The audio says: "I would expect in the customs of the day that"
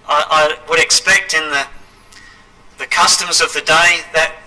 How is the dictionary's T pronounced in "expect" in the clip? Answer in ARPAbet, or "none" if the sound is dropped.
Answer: T